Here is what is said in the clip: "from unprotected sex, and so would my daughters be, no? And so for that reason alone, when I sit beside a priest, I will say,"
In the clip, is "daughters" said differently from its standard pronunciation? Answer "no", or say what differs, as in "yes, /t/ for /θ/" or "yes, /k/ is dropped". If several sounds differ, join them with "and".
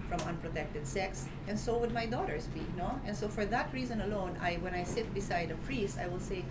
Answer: yes, /s/ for /z/